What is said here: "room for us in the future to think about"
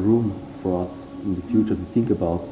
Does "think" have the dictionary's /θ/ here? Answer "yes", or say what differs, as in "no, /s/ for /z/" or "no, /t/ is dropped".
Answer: yes